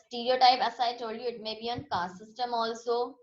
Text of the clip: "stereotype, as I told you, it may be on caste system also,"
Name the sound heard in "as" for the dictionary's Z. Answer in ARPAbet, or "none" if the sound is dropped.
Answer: S